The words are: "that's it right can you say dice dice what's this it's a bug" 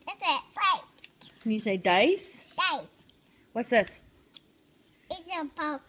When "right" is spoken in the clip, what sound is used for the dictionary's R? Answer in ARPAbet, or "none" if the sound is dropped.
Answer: L